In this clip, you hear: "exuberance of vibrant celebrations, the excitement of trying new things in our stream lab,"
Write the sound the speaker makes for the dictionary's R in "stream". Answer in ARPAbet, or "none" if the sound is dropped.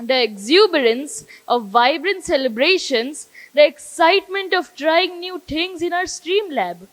R